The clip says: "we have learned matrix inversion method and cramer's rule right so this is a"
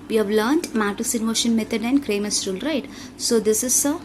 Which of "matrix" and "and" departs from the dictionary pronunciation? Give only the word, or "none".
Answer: matrix